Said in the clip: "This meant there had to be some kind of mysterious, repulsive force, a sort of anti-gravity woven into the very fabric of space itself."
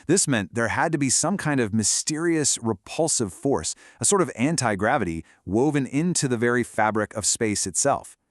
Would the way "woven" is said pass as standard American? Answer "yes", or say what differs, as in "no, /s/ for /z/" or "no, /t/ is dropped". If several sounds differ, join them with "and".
yes